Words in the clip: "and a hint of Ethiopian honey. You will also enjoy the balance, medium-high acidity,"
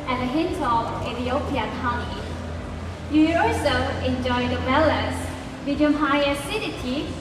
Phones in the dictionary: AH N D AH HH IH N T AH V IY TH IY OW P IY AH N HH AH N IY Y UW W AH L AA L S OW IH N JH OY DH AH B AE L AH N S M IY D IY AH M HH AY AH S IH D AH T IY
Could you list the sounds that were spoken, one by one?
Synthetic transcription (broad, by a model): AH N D AH HH IH N T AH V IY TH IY OW P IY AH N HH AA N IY Y UW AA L S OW IH N JH OY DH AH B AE L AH S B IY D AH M HH AY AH S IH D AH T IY